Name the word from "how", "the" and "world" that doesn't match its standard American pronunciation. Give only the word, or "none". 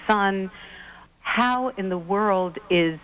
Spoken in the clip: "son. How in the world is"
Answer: none